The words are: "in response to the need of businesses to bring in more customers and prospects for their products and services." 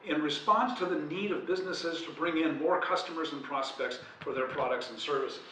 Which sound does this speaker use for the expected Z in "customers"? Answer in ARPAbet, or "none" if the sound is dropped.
Z